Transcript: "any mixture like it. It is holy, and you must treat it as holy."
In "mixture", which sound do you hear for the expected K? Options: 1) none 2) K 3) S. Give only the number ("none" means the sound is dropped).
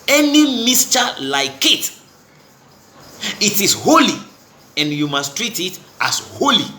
1